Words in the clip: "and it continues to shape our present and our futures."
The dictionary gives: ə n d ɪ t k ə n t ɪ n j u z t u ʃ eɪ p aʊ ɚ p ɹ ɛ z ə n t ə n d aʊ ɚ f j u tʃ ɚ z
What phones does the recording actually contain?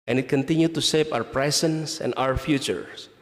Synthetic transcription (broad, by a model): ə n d ɪ t k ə n t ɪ n j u t u s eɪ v aʊ ɚ p ɹ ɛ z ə n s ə n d aʊ ɚ f j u tʃ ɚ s